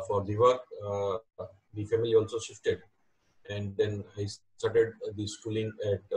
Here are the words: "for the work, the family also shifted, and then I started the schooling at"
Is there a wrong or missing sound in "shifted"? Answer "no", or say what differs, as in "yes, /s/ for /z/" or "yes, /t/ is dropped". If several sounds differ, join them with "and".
no